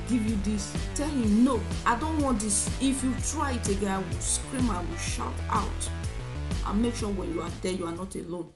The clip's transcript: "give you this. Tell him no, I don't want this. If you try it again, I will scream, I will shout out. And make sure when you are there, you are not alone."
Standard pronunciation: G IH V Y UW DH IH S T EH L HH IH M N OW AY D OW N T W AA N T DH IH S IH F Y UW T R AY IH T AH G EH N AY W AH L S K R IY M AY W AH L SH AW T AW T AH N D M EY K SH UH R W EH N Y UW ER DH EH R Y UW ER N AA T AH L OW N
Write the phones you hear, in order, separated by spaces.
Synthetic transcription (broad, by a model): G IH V Y UW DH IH S T EH L HH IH M N OW AY D OW N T W AA N T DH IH S IH F Y UW T R AY IH T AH G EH AY W AH L S K R IY M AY W AH L SH AW T AW T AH N M EY K SH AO W EH N Y UW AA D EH Y UW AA N AA T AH L OW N